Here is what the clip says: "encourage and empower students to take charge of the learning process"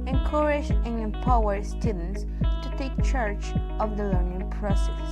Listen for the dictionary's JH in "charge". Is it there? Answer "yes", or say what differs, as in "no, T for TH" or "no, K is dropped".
no, CH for JH